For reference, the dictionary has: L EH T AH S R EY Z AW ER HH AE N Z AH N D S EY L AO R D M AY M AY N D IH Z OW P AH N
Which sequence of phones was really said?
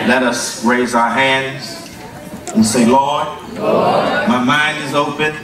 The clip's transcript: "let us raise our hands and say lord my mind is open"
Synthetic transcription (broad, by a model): L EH T AH S R EY Z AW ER HH AE N Z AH N S EY L AO R D M AY M AY N D IH Z OW P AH N